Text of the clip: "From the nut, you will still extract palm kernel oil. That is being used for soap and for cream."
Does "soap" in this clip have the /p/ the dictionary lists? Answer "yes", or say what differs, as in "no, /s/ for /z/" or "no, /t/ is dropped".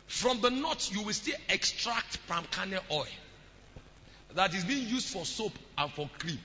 yes